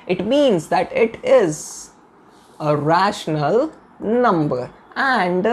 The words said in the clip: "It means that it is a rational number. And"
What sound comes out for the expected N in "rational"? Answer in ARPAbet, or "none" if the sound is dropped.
N